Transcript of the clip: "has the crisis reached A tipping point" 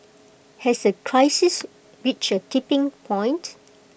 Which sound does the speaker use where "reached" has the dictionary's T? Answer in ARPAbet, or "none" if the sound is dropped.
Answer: none